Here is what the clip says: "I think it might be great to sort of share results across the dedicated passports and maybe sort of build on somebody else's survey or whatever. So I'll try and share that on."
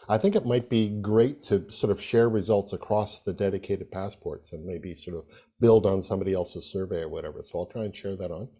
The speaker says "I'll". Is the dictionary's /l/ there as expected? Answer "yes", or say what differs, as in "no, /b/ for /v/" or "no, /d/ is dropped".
yes